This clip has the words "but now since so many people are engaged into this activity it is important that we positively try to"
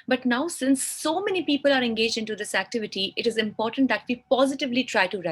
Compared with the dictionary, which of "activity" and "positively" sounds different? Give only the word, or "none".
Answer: none